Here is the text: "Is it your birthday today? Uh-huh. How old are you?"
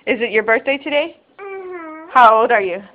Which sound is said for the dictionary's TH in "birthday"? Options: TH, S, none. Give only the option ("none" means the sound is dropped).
TH